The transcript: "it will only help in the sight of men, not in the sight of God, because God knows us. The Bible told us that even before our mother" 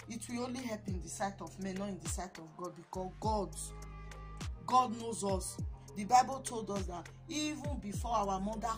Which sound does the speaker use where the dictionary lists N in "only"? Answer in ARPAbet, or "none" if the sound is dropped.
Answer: N